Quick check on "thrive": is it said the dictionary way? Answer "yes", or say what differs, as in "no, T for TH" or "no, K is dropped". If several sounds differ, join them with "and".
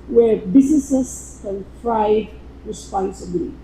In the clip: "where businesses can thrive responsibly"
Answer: no, F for TH